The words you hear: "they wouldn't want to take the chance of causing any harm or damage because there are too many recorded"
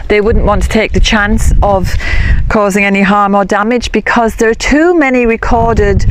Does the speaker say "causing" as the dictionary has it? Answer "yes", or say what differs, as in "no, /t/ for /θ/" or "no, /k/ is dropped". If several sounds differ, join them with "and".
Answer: yes